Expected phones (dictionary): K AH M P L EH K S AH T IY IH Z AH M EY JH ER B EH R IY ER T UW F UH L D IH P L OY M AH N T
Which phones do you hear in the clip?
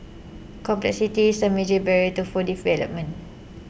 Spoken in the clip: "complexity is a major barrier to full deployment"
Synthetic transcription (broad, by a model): K AH M P L EH K S AH T IY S AH M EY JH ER B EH R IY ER T UW F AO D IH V L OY M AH N